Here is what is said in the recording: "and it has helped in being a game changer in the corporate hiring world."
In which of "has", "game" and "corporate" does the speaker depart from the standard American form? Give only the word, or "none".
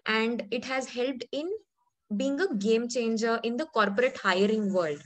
none